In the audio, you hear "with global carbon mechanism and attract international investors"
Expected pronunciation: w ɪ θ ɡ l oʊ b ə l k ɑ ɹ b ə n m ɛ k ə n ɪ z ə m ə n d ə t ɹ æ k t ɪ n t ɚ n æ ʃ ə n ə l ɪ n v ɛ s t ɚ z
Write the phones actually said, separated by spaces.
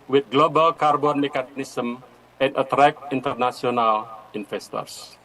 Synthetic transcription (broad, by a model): w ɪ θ ɡ l oʊ b ə l k ɑ ɹ b ə n m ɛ k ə n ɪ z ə m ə n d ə t ɹ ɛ k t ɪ n t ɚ n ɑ s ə n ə l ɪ n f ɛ s t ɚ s